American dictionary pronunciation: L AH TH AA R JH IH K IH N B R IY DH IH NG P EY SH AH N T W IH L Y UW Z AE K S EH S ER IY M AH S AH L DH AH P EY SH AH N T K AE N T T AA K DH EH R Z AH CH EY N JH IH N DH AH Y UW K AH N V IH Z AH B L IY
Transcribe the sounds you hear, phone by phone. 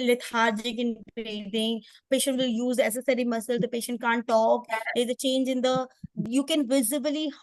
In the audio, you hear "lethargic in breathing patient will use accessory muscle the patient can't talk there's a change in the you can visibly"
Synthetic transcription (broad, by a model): L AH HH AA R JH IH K IH N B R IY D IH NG P EY SH AH N T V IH L Y UW Z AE S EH S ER IY M AH S AH L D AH P EY SH AH N T K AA N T T AA K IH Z AH CH EY N JH IH N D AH Y UW K AH N V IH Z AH B L IY